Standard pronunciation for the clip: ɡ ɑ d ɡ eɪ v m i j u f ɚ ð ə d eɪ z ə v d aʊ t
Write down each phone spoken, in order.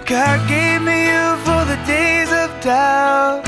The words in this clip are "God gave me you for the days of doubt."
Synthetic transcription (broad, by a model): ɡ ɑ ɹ ɡ eɪ v m i j u f ɚ ð ə d eɪ z ə v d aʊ